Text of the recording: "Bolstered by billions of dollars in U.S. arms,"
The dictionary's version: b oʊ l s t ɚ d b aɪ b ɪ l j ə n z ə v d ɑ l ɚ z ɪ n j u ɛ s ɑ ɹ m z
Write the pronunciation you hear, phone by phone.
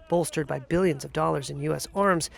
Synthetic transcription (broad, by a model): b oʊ l s t ɚ d b aɪ b ɪ l j ə n z ə v d ɑ l ɚ z ɪ n j u ɛ s ɑ ɹ m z